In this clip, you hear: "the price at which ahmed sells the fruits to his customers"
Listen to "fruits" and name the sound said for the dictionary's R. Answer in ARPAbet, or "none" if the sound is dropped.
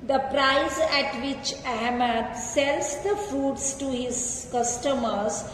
none